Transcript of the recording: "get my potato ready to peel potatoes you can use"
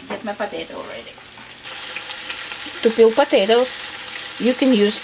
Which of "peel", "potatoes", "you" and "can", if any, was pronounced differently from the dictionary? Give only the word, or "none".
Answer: potatoes